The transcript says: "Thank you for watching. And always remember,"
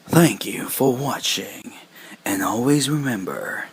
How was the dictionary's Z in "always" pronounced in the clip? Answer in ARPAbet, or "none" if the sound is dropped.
Z